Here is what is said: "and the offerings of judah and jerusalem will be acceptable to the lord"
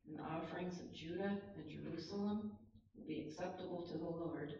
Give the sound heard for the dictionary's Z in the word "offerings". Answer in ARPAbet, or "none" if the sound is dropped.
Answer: Z